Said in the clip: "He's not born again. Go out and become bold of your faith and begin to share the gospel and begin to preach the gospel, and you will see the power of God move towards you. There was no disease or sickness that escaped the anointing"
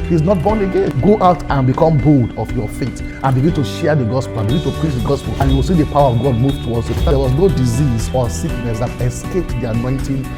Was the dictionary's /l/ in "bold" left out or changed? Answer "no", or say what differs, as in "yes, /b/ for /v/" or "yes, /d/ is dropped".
no